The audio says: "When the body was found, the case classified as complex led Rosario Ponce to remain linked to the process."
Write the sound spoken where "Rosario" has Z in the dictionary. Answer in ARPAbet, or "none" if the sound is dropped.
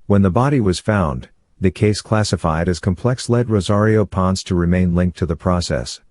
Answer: Z